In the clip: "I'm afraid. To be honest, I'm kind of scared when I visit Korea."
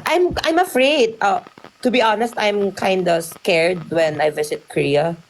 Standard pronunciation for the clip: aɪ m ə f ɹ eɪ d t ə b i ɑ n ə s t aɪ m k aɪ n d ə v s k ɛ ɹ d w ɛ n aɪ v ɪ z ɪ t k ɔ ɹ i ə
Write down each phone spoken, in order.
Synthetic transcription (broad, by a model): aɪ m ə f ɹ eɪ d t ə b i ɑ n ə s t aɪ m k aɪ n d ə s k ɛ ɹ d w ɛ n aɪ v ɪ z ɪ t k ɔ ɹ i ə